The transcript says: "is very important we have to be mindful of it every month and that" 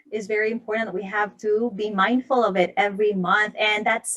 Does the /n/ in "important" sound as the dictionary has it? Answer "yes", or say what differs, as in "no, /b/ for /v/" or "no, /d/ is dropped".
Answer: no, /n/ is dropped